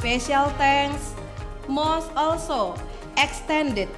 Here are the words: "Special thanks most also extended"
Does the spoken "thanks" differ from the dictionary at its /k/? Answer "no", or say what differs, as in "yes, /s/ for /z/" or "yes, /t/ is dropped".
yes, /k/ is dropped